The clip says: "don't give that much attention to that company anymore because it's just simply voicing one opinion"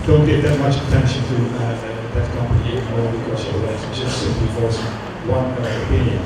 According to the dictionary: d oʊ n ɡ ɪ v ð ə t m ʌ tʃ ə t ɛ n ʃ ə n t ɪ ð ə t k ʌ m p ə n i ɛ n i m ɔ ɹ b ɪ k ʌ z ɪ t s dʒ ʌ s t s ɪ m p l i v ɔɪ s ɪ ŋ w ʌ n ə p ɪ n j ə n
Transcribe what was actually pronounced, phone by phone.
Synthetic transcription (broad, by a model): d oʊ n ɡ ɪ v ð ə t m ʌ tʃ ə t ɛ n ʃ ə n t ɪ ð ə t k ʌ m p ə i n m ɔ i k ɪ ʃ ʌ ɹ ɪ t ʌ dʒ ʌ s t s ɪ m p l i f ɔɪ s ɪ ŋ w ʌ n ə p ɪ n j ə n